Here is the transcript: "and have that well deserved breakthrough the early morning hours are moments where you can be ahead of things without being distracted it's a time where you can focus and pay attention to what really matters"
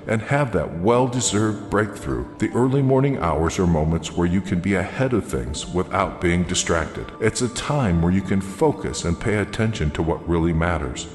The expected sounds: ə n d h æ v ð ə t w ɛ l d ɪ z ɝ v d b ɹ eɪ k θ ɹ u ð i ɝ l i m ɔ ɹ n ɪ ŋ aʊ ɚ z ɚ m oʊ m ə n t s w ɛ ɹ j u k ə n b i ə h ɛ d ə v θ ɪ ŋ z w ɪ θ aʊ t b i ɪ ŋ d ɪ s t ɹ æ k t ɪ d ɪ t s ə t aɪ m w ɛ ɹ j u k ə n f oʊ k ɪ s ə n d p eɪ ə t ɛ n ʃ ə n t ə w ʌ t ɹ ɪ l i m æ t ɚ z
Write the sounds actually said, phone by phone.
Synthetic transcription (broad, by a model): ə n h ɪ v ð ə t w ɛ l d ɪ z ɝ v d b ɹ eɪ k θ ɹ u ð i ɝ l i m ɔ ɹ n ɪ ŋ aʊ ɚ z ɚ m oʊ m ə n t s w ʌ ɹ j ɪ k ə n b i ə h ɛ d ə v θ ɪ ŋ z w ɪ θ aʊ t b i ɪ ŋ d ɪ s t ɹ æ k t ɪ d ɪ t s ə t aɪ m w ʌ ɹ j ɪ k ə n f oʊ k ɪ s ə n p eɪ ə t ɛ n ʃ ə n t ə w ʌ t ɹ ɪ l i m æ t ɚ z